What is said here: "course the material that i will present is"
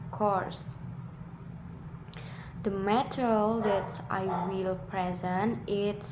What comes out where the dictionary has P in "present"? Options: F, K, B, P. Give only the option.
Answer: P